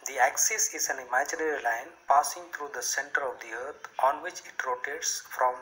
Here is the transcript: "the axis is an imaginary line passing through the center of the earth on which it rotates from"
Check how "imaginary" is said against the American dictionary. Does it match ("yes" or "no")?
yes